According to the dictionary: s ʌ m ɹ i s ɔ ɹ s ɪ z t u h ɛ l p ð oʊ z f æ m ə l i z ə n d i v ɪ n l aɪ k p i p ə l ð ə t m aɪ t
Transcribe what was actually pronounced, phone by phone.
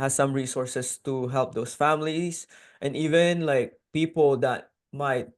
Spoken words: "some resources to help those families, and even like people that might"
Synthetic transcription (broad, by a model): s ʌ m ɹ i s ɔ ɹ s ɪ s t u h ɛ l p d oʊ s f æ m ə l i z ə n d i v ɪ n l aɪ k p i p ə l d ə t m aɪ t